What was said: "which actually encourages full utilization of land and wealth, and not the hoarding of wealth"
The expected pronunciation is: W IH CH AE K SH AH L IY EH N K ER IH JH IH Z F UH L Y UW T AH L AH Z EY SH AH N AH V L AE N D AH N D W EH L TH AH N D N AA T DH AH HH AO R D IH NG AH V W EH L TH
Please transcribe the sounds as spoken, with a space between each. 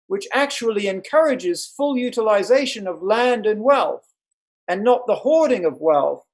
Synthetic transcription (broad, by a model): W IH CH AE K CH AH L IY EH N K ER IH JH IH Z F UH L Y UW T AH L AH Z EY SH AH N AH V L AE N D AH N W EH L TH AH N N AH T DH AH HH AO R D IH NG AH V W EH L TH